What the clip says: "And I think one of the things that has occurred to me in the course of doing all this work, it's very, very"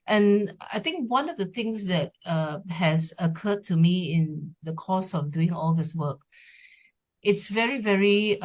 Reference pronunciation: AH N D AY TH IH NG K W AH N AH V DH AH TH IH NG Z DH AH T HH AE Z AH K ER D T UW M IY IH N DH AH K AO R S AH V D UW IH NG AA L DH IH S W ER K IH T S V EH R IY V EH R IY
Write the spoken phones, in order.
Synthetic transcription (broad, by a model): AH N AY T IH NG K W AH N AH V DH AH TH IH NG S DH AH T HH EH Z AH K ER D T UW M IY IH N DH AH K AO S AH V D UW IH NG AA L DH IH S W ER K IH T S V EH R IY V EH R IY